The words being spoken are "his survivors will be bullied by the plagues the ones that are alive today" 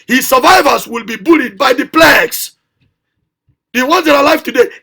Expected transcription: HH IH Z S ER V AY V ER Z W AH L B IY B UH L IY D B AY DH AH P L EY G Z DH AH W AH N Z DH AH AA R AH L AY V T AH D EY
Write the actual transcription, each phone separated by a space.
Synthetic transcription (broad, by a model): HH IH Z S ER V AY V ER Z W AH L B IY B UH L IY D B AY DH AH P L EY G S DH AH W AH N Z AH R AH L AY F T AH D EY